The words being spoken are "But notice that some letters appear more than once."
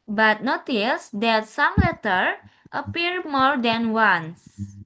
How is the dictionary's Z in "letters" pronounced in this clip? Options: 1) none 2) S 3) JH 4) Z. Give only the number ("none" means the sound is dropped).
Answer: 1